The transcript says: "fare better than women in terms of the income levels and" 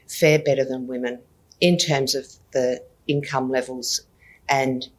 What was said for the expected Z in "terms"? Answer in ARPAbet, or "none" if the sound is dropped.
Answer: Z